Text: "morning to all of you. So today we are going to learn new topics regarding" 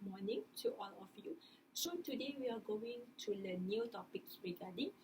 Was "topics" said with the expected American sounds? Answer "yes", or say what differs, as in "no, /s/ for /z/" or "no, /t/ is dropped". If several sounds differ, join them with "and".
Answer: no, /s/ is dropped